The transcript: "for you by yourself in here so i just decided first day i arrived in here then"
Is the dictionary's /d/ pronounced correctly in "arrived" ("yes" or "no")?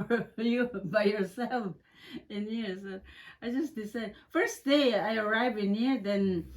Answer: no